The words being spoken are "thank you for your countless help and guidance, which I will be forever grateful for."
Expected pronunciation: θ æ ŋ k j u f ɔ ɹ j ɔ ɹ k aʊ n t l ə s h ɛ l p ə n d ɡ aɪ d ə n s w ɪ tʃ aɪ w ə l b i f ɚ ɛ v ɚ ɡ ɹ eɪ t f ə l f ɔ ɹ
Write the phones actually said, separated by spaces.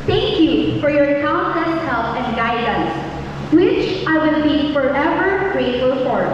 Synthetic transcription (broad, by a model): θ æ ŋ k j u f ɔ ɹ j ɔ ɹ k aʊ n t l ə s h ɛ l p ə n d ɡ aɪ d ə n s w ɪ tʃ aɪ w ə n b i f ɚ ɛ v ɚ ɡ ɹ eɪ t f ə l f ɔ ɹ